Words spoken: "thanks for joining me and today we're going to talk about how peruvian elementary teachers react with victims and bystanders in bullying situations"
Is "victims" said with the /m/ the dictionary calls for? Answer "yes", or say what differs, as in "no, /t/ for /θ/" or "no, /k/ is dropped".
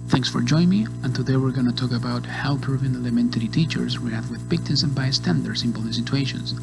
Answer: no, /m/ is dropped